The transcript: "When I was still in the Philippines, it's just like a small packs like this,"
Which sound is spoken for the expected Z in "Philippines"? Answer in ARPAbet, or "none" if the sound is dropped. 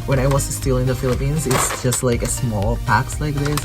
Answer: Z